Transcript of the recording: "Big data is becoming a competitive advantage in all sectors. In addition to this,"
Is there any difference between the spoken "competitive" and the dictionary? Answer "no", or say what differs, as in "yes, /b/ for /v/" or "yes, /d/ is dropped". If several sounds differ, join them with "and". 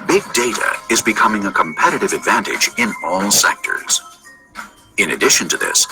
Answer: no